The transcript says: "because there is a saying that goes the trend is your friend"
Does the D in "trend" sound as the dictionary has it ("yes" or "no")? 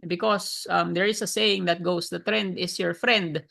yes